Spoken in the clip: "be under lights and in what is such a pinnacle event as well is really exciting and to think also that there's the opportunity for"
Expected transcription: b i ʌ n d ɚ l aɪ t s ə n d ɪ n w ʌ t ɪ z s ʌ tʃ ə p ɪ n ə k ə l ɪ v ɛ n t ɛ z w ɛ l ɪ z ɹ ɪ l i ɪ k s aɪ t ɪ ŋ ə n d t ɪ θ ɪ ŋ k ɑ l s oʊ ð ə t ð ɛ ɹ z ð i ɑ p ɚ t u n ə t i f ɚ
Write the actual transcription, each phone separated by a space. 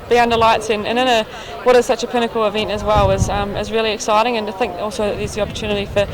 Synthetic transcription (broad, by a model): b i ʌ n d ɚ l aɪ t s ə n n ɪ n w ʌ t ɪ z s ʌ tʃ ə p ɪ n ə k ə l ɪ v ɛ n t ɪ z w ɛ l ɪ z ɹ ɪ l i ɪ k s aɪ t ɪ ŋ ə n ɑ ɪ θ ɪ ŋ k ɑ l s oʊ ð ə t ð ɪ z ð i ɑ p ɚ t u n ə t i f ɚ